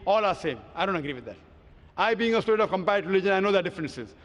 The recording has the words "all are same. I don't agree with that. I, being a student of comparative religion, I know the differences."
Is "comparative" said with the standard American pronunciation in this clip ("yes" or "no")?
no